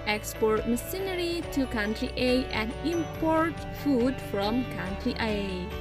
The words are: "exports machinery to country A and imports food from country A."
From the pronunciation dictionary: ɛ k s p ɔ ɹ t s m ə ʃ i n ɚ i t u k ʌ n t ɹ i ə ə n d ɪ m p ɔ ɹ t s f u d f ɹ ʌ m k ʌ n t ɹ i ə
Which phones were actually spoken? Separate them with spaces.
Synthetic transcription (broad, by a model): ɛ k s p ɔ ɹ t m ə s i n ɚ i t u k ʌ n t ɹ i ə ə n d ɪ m p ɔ ɹ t f u d f ɹ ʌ m k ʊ n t ɹ i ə